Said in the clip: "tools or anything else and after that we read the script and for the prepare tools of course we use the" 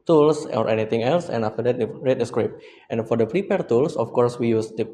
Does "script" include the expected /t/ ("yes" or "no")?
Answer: yes